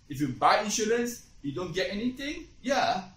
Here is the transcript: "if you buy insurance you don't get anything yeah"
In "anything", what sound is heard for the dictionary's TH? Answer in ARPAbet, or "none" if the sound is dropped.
T